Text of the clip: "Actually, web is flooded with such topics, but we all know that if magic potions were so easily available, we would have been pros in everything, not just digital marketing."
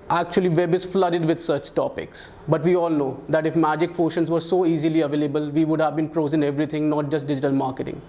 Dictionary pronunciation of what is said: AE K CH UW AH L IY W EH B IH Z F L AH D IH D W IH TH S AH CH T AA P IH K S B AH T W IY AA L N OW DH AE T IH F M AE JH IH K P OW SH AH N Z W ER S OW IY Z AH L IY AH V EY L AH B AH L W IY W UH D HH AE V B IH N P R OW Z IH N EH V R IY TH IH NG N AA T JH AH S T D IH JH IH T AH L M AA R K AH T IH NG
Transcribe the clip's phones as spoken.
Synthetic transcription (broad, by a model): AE K CH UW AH L IY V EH B IH Z F L AH D IH D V IH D S AH CH T AA P IH K S B AH T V IY AA L N OW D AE T IH F M AE JH IH K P OW SH AH N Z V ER S OW IY Z AH L IY AH V EY L AH B AH L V IY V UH D HH AE V B IH N P R OW Z IH N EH V R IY T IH NG N AA T JH AH S T D IH JH IH T AH L M AA R K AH T IH NG